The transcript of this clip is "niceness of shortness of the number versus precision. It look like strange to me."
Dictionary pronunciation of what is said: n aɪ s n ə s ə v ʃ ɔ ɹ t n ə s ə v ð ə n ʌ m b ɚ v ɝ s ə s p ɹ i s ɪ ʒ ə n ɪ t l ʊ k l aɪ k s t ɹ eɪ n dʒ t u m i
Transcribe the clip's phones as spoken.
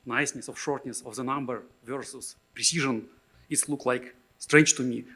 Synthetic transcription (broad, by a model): n aɪ s n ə s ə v ʃ ɔ ɹ t n ə s ə v ð ə n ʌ m b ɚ v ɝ s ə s p ɹ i s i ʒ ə n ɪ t l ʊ k l aɪ k s t ɹ eɪ n dʒ t u m i